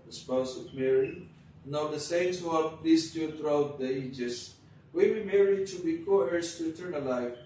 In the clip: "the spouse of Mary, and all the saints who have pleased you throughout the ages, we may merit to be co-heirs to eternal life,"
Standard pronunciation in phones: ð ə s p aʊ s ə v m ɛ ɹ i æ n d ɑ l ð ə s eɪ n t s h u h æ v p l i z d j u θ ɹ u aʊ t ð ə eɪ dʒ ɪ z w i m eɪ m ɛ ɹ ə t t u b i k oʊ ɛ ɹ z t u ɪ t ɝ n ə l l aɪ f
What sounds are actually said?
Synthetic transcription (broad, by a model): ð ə s p aʊ s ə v m ɛ ɹ i n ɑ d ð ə s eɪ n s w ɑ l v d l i s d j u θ ɹ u aʊ t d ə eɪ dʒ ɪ s w i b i m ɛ ɹ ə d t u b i k oʊ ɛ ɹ s t u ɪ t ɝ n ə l l aɪ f